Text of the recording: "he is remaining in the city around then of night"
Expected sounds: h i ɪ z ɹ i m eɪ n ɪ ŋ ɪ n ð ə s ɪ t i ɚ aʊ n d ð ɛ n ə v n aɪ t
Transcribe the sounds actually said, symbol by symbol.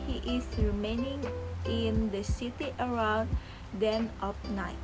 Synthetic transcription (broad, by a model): h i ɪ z ɹ i m eɪ n ɪ ŋ ɪ n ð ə s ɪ t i ɚ aʊ n d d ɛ n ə p n aɪ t